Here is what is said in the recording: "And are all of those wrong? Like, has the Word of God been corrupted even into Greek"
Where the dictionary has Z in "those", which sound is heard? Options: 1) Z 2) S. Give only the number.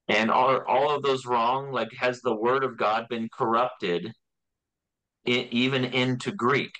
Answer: 1